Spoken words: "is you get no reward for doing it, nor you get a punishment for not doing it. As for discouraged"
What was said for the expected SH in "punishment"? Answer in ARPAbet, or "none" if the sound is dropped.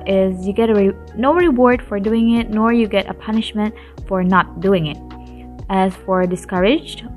SH